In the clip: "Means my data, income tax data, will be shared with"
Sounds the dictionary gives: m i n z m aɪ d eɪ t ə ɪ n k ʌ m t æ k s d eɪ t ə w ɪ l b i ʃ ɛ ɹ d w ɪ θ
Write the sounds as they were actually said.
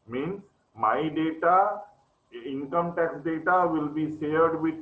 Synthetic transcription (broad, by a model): m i n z m aɪ d eɪ t ə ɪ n k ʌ m t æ k s d eɪ t ə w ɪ l b i s ɛ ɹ d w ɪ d